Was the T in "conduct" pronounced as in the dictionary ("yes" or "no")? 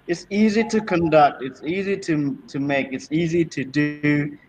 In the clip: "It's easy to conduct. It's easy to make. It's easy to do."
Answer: yes